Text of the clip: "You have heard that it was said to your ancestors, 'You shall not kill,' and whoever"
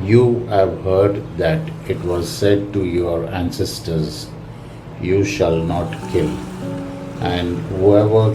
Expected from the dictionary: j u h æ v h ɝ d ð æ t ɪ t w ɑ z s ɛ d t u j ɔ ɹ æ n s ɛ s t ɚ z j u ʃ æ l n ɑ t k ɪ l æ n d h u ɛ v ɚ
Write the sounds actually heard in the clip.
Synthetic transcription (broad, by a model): j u h æ v h ɝ d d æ t ɪ t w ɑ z s ɛ d t u j ɔ ɹ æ n s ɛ s t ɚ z j u ʃ æ l n ɑ t k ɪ l æ n d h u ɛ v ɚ